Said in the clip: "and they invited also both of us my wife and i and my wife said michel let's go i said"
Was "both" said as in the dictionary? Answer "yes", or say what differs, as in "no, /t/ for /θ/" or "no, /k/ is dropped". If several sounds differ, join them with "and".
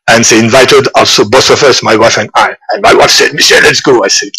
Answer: no, /s/ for /θ/